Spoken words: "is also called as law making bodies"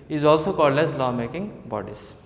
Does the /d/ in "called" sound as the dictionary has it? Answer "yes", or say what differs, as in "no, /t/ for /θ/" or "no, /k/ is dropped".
yes